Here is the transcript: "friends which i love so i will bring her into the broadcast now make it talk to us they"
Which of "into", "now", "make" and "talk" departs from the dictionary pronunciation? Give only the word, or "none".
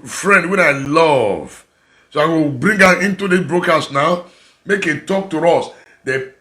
none